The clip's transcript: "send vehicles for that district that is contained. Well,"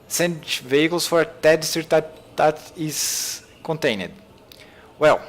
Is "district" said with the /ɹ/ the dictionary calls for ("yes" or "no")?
no